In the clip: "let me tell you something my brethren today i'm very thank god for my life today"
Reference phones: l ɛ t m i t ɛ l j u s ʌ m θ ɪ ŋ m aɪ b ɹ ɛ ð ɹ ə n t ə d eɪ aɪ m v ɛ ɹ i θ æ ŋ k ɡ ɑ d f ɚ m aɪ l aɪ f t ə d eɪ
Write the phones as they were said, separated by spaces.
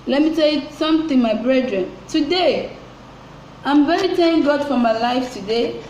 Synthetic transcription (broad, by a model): l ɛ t m i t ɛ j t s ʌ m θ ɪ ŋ m aɪ b ɹ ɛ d ɹ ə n t ə d eɪ aɪ m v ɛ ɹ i t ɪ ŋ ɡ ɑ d f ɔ m aɪ l aɪ f t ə d eɪ